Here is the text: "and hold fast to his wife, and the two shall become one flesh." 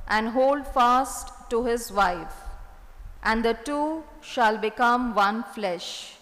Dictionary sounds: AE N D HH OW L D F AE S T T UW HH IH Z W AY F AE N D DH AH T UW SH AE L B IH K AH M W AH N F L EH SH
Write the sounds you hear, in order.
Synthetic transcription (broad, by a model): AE N D HH OW L D F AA S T T UW HH IH Z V AY F AE N D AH T UW SH AE L B IH K AH M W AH N F L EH SH